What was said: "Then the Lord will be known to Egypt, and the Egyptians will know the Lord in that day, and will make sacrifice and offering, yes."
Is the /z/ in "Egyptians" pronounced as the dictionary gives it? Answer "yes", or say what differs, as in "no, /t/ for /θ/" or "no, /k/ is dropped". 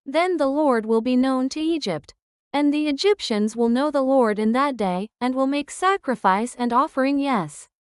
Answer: yes